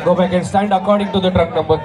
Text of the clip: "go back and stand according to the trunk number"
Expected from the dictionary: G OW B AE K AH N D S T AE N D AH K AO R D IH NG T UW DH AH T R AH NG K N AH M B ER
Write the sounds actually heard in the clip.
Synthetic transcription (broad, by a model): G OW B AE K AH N S T AE N D AH K AO R D IH NG T UW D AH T R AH K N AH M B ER